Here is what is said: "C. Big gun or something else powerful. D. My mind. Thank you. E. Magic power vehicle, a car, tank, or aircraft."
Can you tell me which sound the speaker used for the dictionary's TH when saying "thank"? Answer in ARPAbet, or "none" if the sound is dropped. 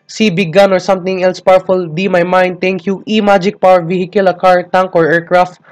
T